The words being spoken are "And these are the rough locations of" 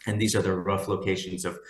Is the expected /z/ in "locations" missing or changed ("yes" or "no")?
no